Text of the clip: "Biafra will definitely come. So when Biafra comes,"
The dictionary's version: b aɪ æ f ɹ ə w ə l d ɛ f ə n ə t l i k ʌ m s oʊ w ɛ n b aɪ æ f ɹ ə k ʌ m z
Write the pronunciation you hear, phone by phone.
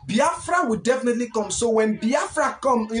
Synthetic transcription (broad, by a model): b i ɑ f ɹ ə w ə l d ɛ f ə n ə t l i k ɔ m s oʊ w ɛ n b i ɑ f ɹ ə k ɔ m